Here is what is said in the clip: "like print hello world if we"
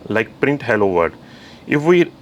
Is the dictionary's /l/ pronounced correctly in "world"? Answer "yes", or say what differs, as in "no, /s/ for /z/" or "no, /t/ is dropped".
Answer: no, /l/ is dropped